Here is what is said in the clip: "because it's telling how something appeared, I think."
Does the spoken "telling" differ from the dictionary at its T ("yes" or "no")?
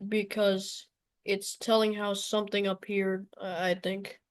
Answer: no